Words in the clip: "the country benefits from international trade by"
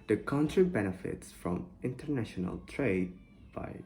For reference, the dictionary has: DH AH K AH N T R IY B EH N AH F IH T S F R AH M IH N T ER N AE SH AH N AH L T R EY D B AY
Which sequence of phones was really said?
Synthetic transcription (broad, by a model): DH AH K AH N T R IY B EH N AH F IH T S F R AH M IH N T ER N AE SH AH N AH L T R EY D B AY